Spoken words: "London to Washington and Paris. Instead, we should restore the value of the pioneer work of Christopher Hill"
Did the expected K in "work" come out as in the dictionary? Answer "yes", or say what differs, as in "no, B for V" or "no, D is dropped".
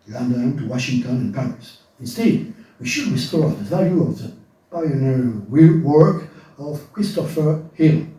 yes